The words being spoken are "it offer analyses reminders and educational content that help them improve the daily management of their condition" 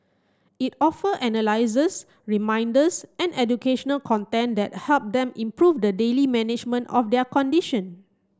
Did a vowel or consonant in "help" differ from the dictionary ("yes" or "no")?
no